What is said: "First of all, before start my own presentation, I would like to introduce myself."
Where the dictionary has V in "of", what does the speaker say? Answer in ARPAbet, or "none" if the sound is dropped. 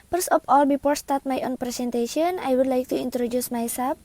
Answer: P